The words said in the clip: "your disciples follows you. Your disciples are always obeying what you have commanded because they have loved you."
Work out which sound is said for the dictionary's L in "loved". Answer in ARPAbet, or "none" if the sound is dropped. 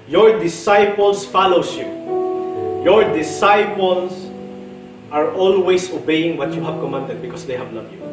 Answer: N